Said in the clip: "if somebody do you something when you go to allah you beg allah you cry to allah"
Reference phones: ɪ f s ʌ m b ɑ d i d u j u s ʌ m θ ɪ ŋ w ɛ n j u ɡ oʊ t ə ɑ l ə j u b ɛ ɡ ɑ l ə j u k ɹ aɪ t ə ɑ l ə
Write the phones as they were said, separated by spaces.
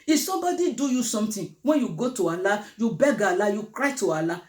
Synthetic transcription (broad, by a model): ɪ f s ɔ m b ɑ d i d u j u s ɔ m t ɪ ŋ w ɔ j u ɡ oʊ t ə ɑ l ə j u b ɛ ɡ ɑ l ə j u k ɹ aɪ t ə ɑ l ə